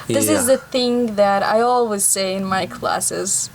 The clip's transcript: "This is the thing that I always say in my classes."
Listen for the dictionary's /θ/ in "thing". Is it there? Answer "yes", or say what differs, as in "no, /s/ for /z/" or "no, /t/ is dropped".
yes